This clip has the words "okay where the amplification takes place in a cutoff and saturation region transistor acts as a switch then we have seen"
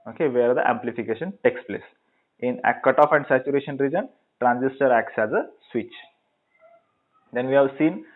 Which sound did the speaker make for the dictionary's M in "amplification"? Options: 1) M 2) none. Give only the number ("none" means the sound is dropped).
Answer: 1